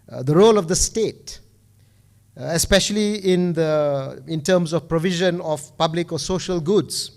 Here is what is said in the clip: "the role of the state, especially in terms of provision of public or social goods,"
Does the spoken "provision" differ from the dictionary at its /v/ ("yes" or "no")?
no